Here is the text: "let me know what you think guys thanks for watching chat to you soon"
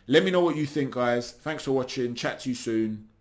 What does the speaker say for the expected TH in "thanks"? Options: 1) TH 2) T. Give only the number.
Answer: 1